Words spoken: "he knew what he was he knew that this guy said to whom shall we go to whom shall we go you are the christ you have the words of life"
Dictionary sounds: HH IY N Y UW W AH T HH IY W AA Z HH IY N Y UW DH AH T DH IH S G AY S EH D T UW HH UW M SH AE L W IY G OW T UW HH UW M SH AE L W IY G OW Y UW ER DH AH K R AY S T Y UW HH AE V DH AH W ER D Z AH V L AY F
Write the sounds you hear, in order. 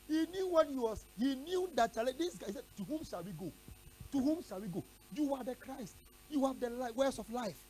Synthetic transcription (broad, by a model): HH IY N Y UW W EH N HH IY W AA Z HH IY N Y UW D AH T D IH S G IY S EH D T UW HH UW M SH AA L W IY G OW T UW HH UW M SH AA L W IY G OW Y UW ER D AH K R AY S T Y UW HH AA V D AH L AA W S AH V L AY F